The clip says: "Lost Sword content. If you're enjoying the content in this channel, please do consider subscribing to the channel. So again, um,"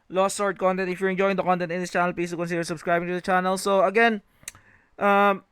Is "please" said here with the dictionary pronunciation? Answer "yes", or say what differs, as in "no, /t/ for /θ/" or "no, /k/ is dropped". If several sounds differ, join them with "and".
no, /l/ is dropped